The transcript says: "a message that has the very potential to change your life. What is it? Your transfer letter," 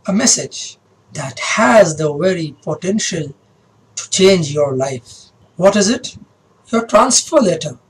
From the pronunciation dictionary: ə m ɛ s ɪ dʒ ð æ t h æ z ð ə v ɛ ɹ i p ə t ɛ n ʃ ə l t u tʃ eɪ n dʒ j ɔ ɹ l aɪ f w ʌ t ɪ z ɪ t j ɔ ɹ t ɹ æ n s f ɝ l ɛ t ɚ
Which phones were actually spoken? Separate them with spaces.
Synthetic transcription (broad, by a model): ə m ɛ s ɪ dʒ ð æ t h æ z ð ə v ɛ ɹ i p ə t ɛ n ʃ ə l t u tʃ eɪ n dʒ j ɔ ɹ l aɪ f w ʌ t ɪ z ɪ t j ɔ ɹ t ɹ æ n s f ɝ l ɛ t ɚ